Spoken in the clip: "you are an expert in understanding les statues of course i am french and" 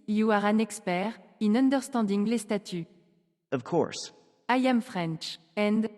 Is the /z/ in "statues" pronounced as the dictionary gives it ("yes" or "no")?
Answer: no